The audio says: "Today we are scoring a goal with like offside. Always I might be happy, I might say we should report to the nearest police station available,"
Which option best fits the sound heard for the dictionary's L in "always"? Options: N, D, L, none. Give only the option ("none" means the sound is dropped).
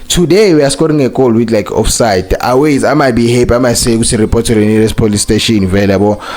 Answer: none